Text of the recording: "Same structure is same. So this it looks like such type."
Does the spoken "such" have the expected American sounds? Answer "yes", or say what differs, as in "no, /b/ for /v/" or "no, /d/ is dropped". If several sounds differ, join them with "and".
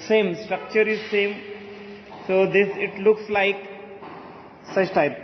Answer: no, /s/ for /tʃ/